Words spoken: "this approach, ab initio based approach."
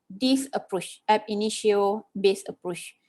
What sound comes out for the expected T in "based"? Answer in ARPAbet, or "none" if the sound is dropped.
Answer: none